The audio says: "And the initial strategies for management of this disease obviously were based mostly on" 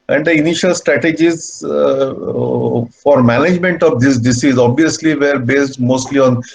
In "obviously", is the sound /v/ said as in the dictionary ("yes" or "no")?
yes